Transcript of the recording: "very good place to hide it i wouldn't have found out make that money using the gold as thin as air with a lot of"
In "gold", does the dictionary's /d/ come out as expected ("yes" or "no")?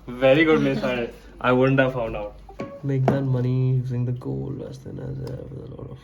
no